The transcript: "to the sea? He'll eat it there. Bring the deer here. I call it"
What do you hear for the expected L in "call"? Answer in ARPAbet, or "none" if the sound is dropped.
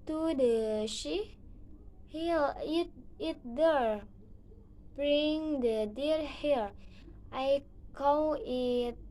W